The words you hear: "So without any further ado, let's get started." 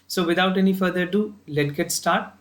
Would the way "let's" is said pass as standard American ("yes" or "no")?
no